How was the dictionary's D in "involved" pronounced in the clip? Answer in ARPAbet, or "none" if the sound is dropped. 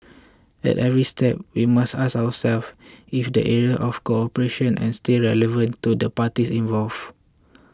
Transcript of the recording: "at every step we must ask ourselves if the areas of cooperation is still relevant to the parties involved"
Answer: none